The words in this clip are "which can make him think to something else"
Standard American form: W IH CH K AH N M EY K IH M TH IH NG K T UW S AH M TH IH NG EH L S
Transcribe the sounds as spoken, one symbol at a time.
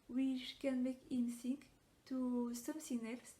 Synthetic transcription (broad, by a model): W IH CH K AH N M EY K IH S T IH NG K T UW S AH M S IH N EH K S